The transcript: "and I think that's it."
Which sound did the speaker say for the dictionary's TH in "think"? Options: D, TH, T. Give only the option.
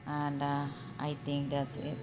T